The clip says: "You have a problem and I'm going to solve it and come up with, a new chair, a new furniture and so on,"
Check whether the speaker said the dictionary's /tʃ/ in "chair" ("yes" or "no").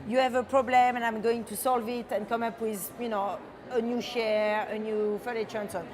no